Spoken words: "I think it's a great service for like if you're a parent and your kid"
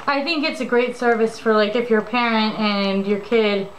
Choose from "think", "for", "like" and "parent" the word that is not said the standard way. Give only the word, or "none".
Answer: none